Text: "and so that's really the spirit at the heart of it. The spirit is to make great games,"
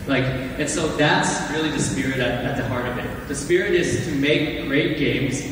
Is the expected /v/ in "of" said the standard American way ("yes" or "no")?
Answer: yes